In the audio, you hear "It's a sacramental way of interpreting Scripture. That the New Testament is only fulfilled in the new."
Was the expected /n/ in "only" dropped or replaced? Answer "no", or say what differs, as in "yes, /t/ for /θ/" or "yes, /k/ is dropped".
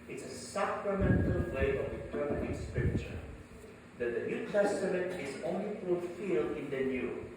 no